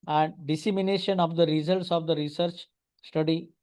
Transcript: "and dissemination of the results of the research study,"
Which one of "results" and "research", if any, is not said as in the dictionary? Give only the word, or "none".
none